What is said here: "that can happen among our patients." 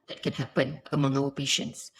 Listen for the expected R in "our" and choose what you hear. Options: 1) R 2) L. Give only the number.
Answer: 2